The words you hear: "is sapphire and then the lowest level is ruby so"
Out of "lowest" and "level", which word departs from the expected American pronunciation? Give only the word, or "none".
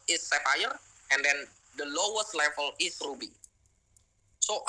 level